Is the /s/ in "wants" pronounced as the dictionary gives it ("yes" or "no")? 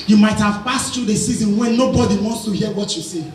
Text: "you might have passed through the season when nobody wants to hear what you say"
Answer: yes